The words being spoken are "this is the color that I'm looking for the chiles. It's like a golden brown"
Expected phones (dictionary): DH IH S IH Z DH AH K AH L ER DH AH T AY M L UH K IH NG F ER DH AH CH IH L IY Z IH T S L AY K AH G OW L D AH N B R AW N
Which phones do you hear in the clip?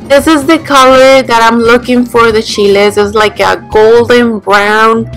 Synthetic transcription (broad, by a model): DH IH S IH Z DH AH K AH L ER DH AH T AY M L UH K IH NG F ER DH AH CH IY L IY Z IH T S L AY K AH G OW L D AH N B R AW N